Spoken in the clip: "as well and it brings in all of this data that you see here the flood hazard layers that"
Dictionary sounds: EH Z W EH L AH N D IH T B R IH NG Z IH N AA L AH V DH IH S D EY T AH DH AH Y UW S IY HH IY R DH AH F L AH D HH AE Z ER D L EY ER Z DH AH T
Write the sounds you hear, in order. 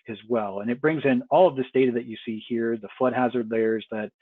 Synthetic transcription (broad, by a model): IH Z W EH L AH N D IH T B R IH NG Z IH N AA L AH V DH IH S D EY T AH DH AH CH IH S IY HH IY R DH AH F L AH D HH AE Z ER D L EY ER Z DH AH T